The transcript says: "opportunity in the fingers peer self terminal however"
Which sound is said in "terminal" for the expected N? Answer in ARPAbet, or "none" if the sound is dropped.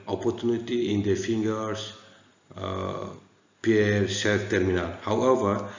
N